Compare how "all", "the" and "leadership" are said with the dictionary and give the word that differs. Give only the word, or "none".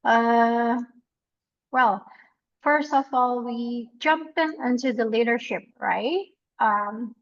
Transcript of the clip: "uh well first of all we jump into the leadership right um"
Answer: none